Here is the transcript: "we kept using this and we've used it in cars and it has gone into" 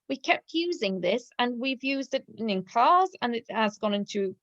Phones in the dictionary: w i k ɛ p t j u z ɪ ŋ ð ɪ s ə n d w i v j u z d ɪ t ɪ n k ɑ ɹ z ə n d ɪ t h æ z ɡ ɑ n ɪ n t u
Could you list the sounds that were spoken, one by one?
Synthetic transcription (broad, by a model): w i k ɛ p t j u z ɪ ŋ ð ɪ s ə n w i v j u z d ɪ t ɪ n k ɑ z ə n ɪ t h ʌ z ɡ ɑ n ɪ n t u